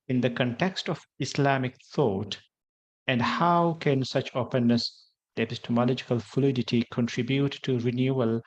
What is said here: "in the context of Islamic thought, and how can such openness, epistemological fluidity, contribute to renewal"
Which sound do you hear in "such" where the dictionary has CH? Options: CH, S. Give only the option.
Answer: CH